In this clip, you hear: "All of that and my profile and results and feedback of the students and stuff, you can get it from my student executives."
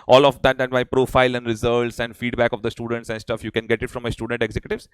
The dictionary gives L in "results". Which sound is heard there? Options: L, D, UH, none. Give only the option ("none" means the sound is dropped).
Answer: none